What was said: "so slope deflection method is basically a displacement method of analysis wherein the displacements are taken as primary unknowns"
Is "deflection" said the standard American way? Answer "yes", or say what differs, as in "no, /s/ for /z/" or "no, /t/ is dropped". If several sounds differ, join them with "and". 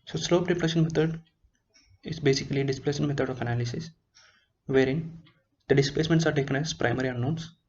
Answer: no, /k/ is dropped